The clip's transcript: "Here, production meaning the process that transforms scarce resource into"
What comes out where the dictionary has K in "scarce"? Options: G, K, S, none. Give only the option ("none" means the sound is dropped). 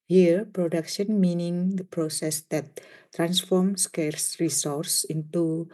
K